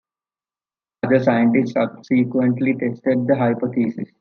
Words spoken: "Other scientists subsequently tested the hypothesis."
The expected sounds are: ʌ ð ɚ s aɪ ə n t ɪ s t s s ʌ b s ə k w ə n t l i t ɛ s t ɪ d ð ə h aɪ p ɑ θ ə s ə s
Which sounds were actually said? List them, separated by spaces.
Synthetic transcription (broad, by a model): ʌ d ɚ s aɪ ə n t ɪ s t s s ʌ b s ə k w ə n t l i t ɛ s t ɪ d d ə h aɪ p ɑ t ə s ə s